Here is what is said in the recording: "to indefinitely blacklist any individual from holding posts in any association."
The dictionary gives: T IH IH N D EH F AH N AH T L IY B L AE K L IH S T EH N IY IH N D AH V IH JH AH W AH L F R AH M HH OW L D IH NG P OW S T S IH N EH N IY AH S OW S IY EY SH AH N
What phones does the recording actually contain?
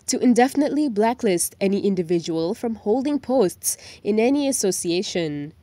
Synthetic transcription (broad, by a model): T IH IH N D EH F AH N AH T L IY B L AE K L IH S T EH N IY IH N D AH V IH JH AH W AH L F R AH M HH OW L D IH NG P OW S T S IH N EH N IY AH S OW S IY EY SH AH N